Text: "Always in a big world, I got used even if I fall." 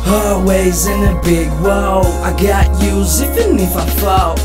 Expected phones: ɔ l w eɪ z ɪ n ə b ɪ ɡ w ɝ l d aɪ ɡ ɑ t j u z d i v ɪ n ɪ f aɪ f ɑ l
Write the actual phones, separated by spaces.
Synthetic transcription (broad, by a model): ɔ w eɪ z ɪ n ə b ɪ ɡ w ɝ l aɪ ɡ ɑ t j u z i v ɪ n ɪ f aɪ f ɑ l